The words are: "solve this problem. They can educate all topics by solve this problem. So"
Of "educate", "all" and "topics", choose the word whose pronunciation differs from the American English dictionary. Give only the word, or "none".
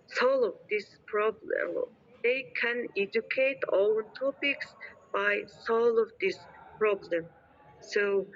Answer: all